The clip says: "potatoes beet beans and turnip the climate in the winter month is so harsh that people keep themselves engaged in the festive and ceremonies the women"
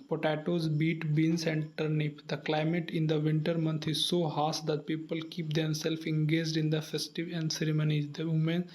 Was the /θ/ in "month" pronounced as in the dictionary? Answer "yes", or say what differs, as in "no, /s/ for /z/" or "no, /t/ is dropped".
no, /t/ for /θ/